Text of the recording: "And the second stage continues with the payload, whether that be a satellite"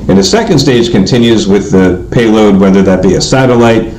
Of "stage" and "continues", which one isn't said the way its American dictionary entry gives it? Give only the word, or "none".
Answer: none